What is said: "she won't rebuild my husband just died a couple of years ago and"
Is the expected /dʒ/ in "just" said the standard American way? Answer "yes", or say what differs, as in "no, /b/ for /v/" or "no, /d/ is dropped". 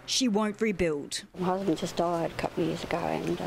no, /z/ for /dʒ/